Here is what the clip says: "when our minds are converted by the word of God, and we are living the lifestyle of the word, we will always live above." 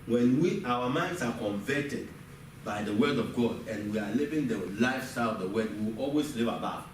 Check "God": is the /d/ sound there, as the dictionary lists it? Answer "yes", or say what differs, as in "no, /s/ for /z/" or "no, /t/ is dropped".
yes